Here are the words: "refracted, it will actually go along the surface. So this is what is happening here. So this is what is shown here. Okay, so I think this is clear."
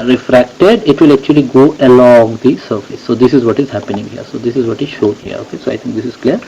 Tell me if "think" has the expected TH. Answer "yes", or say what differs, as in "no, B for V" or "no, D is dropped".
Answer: no, T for TH